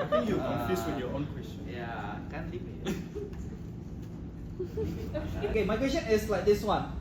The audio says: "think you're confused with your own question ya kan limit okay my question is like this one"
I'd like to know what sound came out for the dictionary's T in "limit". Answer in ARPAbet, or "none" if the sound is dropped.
none